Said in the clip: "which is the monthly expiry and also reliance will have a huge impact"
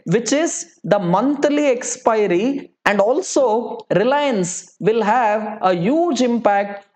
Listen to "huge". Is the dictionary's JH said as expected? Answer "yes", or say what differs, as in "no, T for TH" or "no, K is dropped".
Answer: yes